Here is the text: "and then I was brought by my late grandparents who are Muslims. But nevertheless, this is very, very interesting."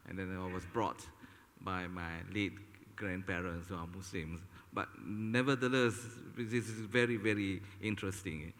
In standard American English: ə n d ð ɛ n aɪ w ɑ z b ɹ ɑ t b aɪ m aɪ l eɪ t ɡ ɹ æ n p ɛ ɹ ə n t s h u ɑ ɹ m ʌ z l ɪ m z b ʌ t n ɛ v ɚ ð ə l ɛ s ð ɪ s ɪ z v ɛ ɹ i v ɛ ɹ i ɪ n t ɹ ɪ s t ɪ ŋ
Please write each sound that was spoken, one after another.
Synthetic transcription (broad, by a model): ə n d ɛ n aɪ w ɑ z b ɹ ɑ t b aɪ m aɪ l eɪ t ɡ ɹ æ n p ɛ ɹ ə n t s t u ɑ w m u s l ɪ m s b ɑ t n ɛ v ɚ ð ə l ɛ s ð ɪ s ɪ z v ɛ ɹ i v ɛ ɹ i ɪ n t ɹ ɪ s t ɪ ŋ